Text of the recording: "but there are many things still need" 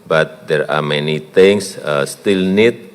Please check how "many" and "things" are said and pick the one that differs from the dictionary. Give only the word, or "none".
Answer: things